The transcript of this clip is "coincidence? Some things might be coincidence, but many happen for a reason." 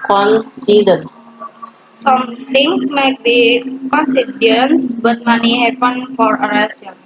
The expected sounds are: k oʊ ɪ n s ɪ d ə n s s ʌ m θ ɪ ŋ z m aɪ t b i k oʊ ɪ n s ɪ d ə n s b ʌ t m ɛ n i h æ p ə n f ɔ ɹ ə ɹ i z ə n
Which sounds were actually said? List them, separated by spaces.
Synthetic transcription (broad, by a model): k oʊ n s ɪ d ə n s s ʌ m t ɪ ŋ s m aɪ t b i k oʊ n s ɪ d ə n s b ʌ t m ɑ n i h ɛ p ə n f ɔ ɹ ə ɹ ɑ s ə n